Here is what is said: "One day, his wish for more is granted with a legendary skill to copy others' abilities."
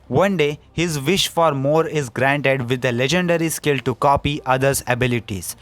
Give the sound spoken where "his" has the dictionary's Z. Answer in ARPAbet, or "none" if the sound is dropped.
Z